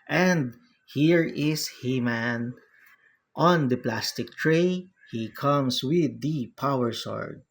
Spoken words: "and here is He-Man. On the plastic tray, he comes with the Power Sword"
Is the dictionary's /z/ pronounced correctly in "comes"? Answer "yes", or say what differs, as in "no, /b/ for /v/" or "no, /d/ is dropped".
no, /s/ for /z/